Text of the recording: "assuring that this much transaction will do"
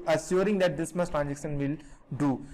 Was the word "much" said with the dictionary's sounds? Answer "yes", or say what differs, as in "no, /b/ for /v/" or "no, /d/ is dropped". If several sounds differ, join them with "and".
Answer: no, /s/ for /tʃ/